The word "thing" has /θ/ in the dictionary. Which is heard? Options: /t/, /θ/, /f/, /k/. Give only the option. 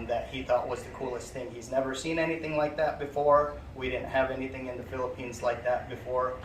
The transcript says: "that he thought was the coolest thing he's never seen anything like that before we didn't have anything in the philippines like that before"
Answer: /θ/